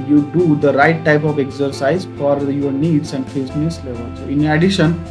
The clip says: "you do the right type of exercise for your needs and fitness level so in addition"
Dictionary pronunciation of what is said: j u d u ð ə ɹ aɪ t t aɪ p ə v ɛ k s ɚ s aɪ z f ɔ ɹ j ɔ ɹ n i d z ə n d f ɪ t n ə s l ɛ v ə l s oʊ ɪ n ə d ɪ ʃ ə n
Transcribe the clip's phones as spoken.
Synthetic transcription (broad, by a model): j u d u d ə ɹ aɪ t t aɪ p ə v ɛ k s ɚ s aɪ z f ɔ ɹ j ɔ ɹ n i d s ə n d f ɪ s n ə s l ɛ v ə l s oʊ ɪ n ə d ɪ ʃ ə n